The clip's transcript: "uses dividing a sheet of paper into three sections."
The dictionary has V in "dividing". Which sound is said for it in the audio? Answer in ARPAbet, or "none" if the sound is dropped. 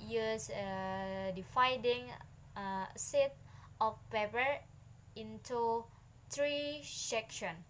F